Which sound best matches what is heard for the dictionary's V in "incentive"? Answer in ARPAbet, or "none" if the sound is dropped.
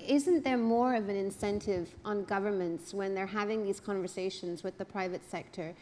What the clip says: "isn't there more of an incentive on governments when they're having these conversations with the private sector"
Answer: V